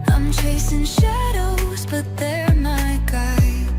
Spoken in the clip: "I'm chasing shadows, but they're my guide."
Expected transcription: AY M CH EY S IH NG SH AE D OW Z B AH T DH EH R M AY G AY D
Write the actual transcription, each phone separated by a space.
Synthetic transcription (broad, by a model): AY M CH EY S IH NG SH AE D OW Z B AH T DH EH R M AY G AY